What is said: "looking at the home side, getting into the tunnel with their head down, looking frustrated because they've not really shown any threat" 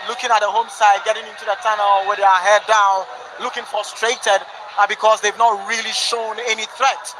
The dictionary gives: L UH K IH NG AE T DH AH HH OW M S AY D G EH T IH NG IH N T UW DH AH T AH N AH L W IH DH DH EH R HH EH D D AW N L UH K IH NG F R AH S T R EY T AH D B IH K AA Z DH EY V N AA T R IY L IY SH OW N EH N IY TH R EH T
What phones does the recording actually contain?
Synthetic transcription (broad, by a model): L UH K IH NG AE T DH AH HH OW M S AY D G EH T IH NG IH N T UW DH AH T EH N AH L W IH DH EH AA HH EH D D AW N L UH K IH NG F R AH S T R EY T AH D B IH K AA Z DH EY V N AA T R IY L IY SH OW N EH N IY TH R EH T